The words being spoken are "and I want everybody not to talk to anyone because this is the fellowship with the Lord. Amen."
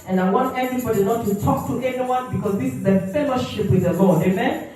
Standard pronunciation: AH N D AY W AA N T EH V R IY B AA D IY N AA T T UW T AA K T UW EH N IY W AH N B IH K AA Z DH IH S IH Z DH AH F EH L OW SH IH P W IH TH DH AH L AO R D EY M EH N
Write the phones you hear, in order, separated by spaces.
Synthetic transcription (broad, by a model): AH N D AY W AA N T EH V R IY B AA D IY N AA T T UW T AA K T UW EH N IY W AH N B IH K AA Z DH IH S IH Z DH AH F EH L OW SH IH P W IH DH AH L AO R D EY M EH N